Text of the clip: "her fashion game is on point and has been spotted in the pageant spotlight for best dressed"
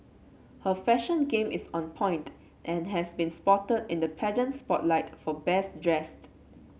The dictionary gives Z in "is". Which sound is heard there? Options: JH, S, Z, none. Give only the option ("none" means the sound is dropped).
S